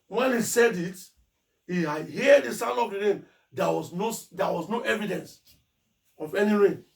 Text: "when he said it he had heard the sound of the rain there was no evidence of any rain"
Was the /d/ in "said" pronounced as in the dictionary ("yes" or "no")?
yes